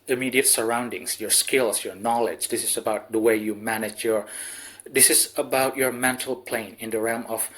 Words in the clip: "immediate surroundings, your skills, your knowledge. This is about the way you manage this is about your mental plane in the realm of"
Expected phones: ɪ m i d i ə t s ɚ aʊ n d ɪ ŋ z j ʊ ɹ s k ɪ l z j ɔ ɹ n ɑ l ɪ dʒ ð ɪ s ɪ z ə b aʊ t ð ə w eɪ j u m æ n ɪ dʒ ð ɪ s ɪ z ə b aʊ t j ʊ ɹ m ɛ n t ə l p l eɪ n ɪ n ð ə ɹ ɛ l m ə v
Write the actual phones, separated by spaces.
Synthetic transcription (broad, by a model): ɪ m i d i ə t s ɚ aʊ n d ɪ ŋ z j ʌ ɹ s k ɪ l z j ɔ ɹ n ɑ l ɪ dʒ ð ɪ s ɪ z ə b aʊ t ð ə w eɪ j u m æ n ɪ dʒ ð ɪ s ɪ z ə b aʊ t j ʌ ɹ m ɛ n t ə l p l eɪ n ɪ n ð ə ɹ ɛ l m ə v